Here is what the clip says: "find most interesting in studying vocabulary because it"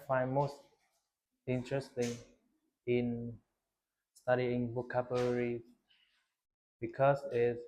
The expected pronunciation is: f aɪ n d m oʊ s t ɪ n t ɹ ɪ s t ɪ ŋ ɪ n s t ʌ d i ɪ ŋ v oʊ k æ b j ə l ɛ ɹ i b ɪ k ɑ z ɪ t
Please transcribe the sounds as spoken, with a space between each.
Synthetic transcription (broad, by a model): f aɪ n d m oʊ s t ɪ n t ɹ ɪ s t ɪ ŋ ɪ n s t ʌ d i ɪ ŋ b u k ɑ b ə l ɹ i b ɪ k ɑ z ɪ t